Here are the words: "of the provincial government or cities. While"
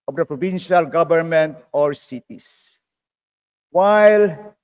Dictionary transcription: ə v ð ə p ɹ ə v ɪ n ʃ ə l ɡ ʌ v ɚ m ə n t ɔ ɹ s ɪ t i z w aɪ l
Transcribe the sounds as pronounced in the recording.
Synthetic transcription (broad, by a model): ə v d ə p ɹ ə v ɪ n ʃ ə l ɡ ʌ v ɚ m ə n t ɔ ɹ s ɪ t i s w aɪ l